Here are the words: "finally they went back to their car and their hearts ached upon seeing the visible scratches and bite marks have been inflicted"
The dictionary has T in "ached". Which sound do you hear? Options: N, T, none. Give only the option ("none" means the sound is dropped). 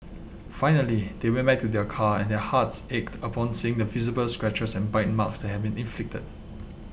T